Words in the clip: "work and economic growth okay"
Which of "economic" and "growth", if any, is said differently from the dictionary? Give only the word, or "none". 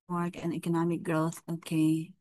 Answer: none